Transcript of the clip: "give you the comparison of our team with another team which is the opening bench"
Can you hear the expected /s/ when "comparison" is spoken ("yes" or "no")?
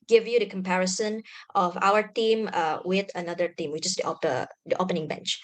yes